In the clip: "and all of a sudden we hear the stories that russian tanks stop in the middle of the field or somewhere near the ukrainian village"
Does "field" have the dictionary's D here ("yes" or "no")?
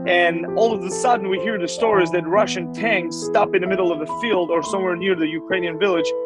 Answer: yes